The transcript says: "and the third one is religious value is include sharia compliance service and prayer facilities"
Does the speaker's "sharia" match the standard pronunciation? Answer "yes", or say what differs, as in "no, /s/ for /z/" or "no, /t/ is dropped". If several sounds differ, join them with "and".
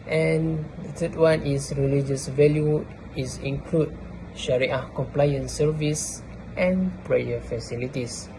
yes